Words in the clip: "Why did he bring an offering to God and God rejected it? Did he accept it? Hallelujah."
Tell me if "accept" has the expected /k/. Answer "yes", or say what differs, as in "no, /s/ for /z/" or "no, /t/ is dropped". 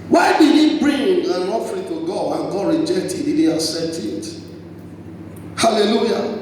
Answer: no, /k/ is dropped